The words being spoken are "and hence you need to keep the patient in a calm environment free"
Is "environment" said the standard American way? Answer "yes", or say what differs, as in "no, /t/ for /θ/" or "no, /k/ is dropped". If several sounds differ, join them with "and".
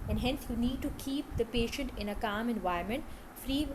no, /ɹ/ is dropped